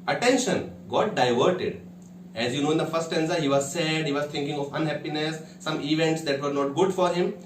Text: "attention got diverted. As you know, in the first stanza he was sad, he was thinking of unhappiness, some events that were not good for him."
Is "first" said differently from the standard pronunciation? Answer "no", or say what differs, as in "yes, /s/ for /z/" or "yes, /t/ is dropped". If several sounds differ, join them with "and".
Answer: yes, /s/ is dropped